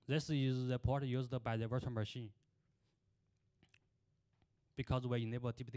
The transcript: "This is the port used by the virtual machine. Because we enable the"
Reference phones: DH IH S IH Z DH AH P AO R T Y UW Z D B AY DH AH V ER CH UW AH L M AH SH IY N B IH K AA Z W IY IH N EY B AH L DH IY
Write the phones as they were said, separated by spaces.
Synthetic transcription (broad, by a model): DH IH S IH Z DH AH P AO R T Y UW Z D B AY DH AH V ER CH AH N M AH SH IY N B IH K AA Z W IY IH N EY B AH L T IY